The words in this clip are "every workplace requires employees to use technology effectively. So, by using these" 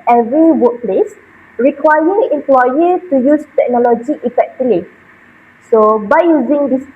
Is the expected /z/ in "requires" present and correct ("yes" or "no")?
no